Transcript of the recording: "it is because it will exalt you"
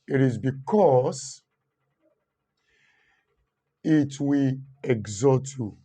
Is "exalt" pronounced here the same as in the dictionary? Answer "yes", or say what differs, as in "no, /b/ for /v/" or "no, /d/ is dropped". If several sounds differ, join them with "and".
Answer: no, /l/ is dropped